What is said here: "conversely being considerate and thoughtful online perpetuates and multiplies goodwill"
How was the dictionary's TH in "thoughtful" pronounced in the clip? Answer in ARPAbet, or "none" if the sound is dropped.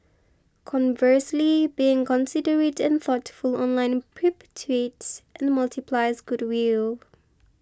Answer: TH